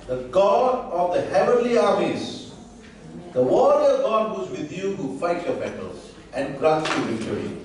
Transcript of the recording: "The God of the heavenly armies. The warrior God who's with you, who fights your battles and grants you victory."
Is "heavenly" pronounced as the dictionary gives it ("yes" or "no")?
yes